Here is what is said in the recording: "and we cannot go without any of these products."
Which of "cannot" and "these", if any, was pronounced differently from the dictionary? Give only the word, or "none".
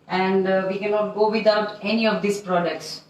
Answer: these